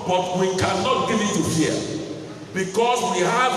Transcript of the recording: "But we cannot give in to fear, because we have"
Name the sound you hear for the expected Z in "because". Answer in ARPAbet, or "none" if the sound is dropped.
S